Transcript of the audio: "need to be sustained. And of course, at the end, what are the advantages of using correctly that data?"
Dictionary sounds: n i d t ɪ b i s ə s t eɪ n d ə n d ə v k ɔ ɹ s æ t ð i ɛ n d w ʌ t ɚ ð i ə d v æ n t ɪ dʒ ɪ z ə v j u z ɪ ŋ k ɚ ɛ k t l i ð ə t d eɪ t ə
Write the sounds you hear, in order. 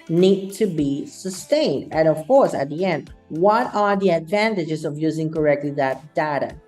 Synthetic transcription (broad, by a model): n i d t ɪ b i s ə s t eɪ n d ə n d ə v k ɔ ɹ s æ t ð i ɛ n d w ʌ t ɚ ð i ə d v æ n t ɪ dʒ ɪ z ə v j u z ɪ ŋ k ɚ ɛ k t l i ð ə t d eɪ t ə